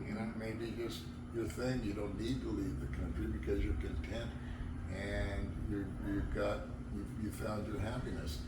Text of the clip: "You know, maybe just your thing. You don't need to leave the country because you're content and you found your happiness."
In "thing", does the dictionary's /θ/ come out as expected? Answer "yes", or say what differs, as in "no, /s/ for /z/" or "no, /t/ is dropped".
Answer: yes